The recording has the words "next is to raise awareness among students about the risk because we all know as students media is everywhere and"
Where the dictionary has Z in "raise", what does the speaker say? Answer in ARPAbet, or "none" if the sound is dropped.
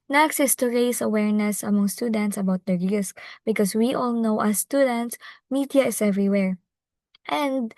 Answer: S